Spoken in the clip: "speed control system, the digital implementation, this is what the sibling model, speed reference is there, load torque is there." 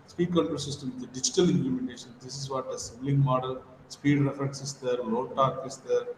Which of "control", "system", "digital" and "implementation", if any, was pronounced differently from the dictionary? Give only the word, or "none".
control